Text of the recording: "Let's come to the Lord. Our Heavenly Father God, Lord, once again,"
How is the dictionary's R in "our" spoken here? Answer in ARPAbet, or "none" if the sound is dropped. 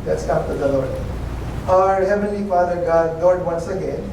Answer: R